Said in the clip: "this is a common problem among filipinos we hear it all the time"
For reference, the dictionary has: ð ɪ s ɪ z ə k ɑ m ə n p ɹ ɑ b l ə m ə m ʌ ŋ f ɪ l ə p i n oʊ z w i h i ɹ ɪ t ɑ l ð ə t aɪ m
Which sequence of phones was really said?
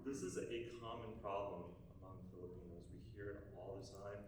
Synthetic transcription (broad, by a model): ð ɪ s ɪ z ə k ɑ m ə n p ɹ ɑ b l ə m ə m ʌ ŋ f ɪ l ə p i n oʊ z w i h i ɹ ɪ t ɑ l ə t aɪ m